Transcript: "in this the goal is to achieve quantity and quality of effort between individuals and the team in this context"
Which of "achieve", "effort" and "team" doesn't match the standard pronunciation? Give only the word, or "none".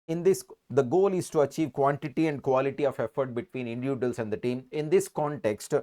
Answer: none